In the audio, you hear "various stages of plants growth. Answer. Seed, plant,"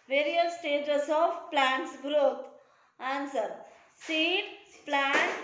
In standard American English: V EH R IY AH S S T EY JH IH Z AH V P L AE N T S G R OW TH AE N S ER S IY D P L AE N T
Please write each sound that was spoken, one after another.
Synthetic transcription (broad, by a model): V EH R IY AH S S T EY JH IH S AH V P L AE N T S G R OW T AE N S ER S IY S P L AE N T